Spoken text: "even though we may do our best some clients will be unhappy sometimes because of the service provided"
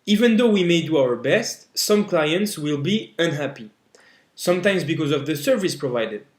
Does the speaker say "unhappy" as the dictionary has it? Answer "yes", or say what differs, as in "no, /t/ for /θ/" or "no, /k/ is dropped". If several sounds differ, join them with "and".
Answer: yes